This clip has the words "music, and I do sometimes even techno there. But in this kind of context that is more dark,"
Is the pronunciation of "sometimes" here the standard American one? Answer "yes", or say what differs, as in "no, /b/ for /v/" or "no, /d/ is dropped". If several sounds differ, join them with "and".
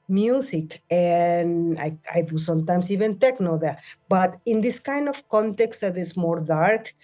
no, /s/ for /z/